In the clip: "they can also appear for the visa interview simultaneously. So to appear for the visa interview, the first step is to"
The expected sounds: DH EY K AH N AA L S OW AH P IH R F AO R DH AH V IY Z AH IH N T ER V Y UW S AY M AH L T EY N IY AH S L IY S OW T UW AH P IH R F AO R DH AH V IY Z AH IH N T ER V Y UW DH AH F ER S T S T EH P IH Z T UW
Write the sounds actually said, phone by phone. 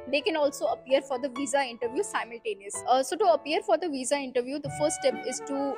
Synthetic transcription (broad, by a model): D EY K AH N AA L S OW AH P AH R F AO R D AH V IY Z AH IH N T ER V Y UW S AY M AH L T EY N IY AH S S OW T UW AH P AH R F AO R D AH V IY Z AH IH N T ER V Y UW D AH F ER S T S T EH P IH Z T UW